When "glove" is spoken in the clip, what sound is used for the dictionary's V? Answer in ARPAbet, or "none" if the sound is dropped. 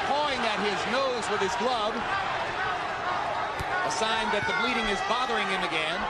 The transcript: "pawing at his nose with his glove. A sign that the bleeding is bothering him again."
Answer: B